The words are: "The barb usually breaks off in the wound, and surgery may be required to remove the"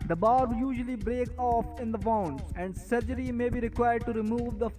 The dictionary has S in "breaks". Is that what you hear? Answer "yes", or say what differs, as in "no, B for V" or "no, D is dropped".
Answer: no, S is dropped